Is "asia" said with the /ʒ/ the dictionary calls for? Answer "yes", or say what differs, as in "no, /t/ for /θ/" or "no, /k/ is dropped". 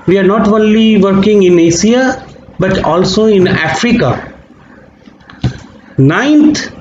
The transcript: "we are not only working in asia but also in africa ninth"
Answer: no, /s/ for /ʒ/